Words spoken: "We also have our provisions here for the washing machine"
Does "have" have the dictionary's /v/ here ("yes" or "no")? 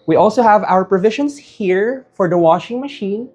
yes